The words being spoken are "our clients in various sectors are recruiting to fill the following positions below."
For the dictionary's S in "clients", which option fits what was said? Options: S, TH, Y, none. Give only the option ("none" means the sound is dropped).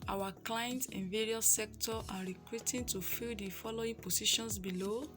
none